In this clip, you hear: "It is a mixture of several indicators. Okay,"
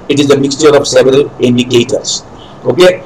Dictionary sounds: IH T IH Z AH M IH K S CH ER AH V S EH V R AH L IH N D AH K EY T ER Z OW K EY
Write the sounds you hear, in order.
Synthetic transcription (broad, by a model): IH T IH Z AH M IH K S CH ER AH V S EH V R AH L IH N D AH K EY T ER S OW K EY